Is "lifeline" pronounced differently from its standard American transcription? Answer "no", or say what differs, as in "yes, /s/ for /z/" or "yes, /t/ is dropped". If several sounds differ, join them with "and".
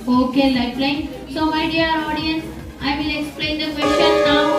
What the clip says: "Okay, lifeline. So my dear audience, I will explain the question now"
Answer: yes, /p/ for /f/